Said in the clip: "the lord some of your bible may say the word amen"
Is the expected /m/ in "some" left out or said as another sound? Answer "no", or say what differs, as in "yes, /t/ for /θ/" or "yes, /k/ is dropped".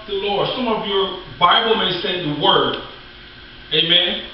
no